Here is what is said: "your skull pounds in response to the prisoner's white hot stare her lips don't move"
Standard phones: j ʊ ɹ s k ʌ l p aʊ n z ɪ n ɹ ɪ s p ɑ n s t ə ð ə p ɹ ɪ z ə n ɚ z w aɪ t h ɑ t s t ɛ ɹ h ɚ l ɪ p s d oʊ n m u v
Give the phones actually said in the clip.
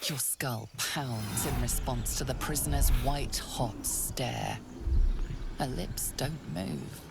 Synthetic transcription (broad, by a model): j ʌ ɹ s k ʌ l p aʊ n z ɪ n ɹ ɪ s p ɑ n s t ə ð ə p ɹ ɪ z ə n ɚ z w aɪ t h ɑ t s t ɛ ɹ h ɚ l ɪ p s d oʊ n m u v